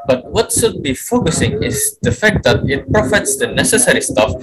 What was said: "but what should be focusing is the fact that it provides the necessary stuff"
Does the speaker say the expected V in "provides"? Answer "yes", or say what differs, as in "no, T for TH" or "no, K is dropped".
no, F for V